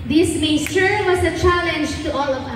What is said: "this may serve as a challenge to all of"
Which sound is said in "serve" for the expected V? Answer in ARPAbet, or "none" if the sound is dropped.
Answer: W